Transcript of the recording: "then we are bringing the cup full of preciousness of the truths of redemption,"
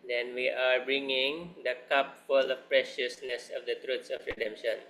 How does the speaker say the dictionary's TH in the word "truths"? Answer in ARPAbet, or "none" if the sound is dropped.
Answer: T